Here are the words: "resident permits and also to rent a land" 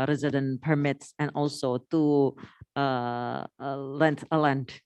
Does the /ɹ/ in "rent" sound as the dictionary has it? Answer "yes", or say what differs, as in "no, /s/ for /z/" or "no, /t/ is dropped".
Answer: no, /l/ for /ɹ/